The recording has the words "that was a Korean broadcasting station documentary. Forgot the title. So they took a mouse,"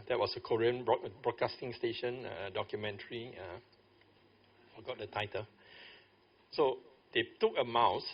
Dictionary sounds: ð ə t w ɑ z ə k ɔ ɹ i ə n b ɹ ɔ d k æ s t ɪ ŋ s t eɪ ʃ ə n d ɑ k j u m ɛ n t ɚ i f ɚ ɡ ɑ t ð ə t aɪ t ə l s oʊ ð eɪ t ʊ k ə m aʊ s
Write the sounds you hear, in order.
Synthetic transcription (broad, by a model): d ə t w ɑ s ə k ɔ ɹ i ə n b ɹ ɔ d k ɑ s t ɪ ŋ s t eɪ ʃ ə n d ɑ k j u m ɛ n t ɚ i f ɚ ɡ ɑ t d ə t aɪ t ə l s oʊ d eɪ t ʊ k ə m aʊ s